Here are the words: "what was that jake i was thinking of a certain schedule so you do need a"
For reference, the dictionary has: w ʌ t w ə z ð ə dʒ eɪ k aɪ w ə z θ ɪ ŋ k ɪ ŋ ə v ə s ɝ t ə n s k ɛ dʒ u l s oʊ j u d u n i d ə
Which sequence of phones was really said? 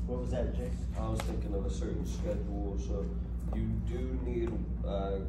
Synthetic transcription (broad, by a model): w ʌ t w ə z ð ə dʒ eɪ aɪ w ə z θ ɪ ŋ k ɪ ŋ ə v ə s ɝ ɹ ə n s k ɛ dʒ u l s oʊ j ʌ d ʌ n i d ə